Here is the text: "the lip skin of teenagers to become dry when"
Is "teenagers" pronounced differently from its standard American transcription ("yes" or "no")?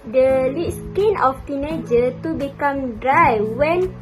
yes